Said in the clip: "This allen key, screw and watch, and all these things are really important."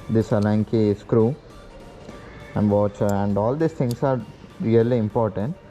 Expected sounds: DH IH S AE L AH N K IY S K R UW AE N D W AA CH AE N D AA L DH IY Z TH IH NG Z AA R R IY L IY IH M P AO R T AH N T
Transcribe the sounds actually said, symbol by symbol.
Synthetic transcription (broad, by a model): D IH S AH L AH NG K IY S K R UW AE N D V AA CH AE N D AA L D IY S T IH NG S AA R R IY L IY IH M P AO R T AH N T